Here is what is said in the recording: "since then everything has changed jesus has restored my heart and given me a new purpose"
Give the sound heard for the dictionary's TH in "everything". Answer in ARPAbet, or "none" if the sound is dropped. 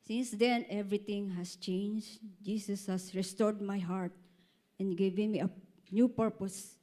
T